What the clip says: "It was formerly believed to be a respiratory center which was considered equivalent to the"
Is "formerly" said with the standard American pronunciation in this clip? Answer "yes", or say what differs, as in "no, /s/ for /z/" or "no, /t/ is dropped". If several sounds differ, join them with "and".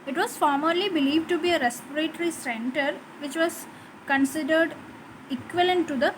yes